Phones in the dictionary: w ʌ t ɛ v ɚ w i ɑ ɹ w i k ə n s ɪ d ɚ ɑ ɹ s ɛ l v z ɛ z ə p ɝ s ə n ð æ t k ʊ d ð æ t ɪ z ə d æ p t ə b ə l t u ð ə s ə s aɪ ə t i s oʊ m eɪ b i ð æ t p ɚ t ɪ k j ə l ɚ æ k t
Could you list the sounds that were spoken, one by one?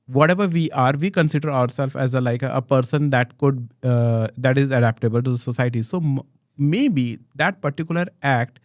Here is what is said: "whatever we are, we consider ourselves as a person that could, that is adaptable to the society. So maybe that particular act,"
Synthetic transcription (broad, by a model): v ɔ t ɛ v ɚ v i ɑ ɹ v i k ə n s ɪ d ɚ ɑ ɹ s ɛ l f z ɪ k ə p ɝ s ə n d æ t k ʊ d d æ t ɪ z ə d æ p t ə b ə l t u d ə s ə s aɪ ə t i s oʊ m eɪ b i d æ t p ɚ t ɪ k j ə l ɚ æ k t